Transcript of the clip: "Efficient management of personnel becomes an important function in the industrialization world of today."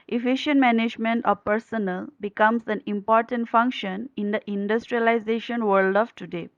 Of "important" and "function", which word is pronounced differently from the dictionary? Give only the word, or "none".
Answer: none